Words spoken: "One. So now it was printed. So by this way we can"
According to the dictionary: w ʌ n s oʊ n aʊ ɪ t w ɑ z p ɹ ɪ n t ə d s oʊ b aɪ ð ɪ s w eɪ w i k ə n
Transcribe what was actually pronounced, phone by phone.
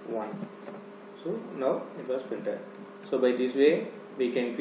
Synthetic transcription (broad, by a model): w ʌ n s oʊ n aʊ ɪ t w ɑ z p ɪ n t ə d s oʊ b aɪ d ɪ s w eɪ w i k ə n